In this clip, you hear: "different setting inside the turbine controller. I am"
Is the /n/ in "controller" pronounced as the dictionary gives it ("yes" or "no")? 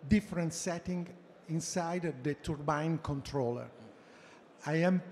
yes